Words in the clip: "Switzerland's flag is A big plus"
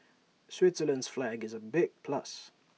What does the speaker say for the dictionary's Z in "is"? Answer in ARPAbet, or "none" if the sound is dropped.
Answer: Z